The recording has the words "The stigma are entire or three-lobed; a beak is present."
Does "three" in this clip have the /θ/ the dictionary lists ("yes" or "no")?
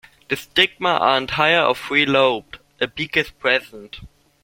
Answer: no